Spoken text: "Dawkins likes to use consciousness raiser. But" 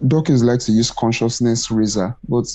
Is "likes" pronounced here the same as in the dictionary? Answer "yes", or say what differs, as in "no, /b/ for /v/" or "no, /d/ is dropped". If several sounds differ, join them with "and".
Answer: no, /s/ is dropped